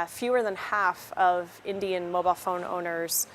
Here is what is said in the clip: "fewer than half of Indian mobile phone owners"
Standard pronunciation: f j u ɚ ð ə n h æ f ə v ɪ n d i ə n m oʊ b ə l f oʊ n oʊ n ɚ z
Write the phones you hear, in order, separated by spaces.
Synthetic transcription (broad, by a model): f j u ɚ ð ə n h æ f ə v ɪ n d i ə n m oʊ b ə l f oʊ n oʊ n ɚ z